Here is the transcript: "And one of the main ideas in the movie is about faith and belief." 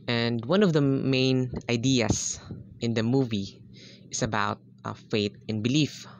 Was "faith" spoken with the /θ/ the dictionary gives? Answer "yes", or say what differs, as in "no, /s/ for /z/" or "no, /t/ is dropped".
no, /t/ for /θ/